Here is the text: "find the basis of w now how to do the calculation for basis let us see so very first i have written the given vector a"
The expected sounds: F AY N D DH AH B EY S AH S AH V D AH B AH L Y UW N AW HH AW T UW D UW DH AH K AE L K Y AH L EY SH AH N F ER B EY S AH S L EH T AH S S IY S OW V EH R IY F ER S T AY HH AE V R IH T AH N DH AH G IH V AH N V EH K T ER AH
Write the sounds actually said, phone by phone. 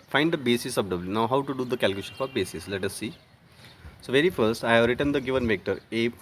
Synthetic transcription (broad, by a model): F AY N D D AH B EY S AH S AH P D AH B L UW N AW HH AW T UW D UW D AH K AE L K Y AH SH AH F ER B EY S AH S L EH T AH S S IY S OW V EH R IY F ER S T AY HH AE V R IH T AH N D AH G IH V AH N V EH K T ER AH